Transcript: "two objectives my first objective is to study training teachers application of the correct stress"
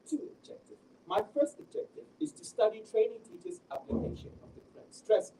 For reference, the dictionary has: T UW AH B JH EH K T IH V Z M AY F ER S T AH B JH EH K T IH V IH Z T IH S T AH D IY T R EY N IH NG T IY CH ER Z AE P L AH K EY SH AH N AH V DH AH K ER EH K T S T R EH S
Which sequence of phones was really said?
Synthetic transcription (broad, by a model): T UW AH B JH EH K T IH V M AY F ER S T AH B JH EH K T IH V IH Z T IH S T AH D IY T R EY N IH NG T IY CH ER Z AE P L AH K EY SH AH N AH V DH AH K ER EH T S T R EH S